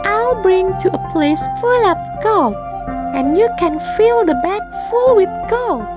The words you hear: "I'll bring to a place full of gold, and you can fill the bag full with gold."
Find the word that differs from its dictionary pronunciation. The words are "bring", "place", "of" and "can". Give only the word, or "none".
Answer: of